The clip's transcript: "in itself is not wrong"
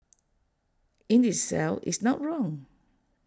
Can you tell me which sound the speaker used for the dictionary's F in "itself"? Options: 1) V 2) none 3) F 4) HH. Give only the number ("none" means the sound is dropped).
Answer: 2